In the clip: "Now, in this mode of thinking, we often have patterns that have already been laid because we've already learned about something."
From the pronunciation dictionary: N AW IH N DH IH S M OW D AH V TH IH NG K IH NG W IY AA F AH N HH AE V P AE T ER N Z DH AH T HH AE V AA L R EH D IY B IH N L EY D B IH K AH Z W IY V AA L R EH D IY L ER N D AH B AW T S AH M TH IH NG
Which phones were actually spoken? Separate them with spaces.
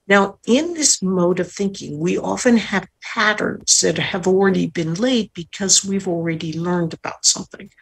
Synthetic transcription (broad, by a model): N AW IH N DH IH S M OW D AH V TH IH NG K IH NG W IY AA F AH N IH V P AE T ER N Z DH AH T HH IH V L R EH D IY B IH N L EY D B IH K AH Z W IY V L R EH D IY L ER N D AH B AW T S AH M TH IH NG